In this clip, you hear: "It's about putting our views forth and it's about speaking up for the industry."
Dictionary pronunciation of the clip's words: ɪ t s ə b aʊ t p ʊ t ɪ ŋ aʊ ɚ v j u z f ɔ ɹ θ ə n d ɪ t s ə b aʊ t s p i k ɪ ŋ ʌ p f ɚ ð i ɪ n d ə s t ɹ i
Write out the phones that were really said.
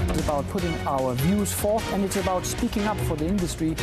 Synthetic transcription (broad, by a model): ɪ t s ə b aʊ t p ʊ t ɪ ŋ aʊ ɚ v j u z f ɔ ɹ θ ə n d ɪ t s ə b aʊ t s p i k ɪ ŋ ʌ p f ɚ ð i ɪ n d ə s t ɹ i